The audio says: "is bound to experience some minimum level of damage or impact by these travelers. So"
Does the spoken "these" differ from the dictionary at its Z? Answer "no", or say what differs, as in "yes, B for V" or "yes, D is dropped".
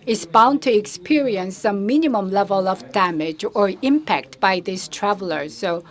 yes, S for Z